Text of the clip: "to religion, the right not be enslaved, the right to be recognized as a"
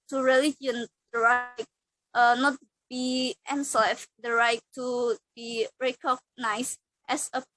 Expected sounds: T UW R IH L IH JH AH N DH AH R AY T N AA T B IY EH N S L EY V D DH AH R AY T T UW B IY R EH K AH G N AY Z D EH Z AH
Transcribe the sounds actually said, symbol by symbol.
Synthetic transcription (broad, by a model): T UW R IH L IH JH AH N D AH R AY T N AA T B IY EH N S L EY F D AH R AY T T UW B IY R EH K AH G N AY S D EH S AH